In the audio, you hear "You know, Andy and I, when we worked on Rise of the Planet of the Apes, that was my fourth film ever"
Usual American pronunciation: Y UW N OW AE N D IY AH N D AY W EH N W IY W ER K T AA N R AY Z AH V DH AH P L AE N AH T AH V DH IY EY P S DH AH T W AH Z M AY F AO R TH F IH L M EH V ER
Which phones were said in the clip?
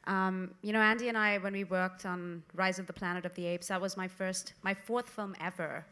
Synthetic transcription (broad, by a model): Y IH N OW AE N D IY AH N AY W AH N W IY W ER K T N R AY Z AH V DH AH P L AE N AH T AH V DH IY EY P S DH AH T W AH Z M AY F AO R TH F IH L M EH V ER